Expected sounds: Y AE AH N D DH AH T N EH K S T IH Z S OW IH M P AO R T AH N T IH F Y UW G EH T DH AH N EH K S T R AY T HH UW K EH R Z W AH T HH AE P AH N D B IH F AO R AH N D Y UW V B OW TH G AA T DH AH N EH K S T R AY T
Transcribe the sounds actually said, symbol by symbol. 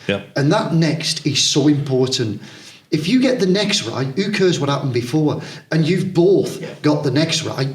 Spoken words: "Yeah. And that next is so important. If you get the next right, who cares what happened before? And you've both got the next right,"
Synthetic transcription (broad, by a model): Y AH N DH AH T N EH K S T IH Z S OW IH M P AO R T N T IH F Y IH G EH T DH AH N EH K S T R AY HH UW K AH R Z W AH T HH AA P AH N B IH F AO R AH N Y UW V B OW TH G AA T DH AH N EH K S T R AY